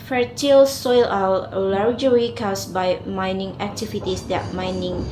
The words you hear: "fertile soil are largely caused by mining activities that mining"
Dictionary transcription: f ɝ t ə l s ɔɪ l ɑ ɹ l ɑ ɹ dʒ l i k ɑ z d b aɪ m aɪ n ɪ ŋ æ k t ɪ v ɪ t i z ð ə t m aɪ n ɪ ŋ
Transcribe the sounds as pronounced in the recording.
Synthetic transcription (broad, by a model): f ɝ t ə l s ɔɪ l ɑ l l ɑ ɹ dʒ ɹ i k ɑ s b aɪ m aɪ n ɪ ŋ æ k t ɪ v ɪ t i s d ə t m aɪ n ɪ ŋ